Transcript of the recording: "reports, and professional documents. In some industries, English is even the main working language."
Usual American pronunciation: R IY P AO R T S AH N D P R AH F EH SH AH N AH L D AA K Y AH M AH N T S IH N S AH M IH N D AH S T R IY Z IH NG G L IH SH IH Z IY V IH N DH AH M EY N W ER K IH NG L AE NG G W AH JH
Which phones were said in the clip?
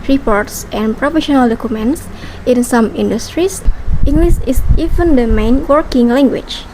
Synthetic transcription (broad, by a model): R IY P AO R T S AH N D P R AH F EH SH AH N AH L D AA K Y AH M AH N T S IH N S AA M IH N D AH S T R IY S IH NG G L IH S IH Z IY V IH N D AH M EY N W ER K IH NG L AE NG G W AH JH